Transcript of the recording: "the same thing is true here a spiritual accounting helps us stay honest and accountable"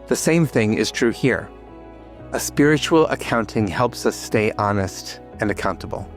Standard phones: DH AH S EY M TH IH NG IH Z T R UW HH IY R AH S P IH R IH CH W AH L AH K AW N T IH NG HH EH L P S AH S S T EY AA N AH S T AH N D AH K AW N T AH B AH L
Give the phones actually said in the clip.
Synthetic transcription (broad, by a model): DH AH S EY M TH IH NG IH Z T R UW HH IY R AH S P IH R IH CH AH L AH K AW N T IH NG HH EH L P S AH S S T EY AA N AH S T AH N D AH K AW N T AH B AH L